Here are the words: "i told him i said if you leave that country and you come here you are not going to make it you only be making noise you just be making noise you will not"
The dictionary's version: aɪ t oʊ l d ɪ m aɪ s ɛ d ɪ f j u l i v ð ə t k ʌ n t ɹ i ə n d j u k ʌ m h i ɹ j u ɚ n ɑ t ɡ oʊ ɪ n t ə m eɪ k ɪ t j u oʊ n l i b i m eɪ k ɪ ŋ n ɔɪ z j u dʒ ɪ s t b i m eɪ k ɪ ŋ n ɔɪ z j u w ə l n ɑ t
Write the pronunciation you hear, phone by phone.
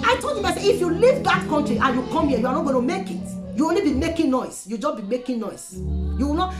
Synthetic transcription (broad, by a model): aɪ t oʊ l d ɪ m aɪ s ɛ ɪ f j u l i v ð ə t k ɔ n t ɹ i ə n j u k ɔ m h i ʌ j u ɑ n ɑ t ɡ oʊ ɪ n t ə m eɪ k ɪ t j u oʊ n l i b i m eɪ k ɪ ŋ n ɔɪ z j u dʒ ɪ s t b i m eɪ k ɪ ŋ n ɔɪ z j u w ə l n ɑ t